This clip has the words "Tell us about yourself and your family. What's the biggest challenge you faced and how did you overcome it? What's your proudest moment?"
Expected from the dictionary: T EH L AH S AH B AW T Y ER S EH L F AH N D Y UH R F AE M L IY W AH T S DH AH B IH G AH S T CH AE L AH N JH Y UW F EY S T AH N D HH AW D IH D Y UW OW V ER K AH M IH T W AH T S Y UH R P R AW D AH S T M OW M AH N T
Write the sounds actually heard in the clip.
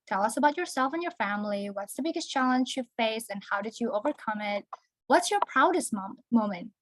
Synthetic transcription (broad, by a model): T EH L AH S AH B AW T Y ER S EH L F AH N Y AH R F AE M L IY W AH T S DH AH B IH G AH S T CH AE L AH N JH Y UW F EY S AH N HH AW D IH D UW OW V ER K AH M IH T W AH T S Y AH R P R AW D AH S T M OW M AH N T